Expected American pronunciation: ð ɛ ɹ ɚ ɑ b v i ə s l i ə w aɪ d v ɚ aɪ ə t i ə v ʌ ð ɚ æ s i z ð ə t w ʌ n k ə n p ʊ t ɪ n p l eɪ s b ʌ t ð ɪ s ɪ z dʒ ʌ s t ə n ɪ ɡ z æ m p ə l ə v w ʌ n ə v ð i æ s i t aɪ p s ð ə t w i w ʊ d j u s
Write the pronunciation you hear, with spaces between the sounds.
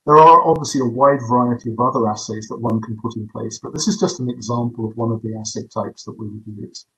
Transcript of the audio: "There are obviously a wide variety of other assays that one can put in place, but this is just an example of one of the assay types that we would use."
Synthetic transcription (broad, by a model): ð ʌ ɹ ɚ ɑ b v i ə s l i ə w aɪ d v ɚ aɪ ə t i ə v ʌ ð ɚ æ s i z ð ə t w ʌ n k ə n p ʊ t ɪ n p l eɪ s b ʌ t ð ɪ s ɪ z dʒ ʌ s t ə n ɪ ɡ z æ m p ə l ə v w ʌ n ə v ð i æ s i t aɪ p s ð ə t w i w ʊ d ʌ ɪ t